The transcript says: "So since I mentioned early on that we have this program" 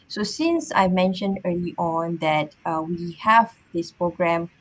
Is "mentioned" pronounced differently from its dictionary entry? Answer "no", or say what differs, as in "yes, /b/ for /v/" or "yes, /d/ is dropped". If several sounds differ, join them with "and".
no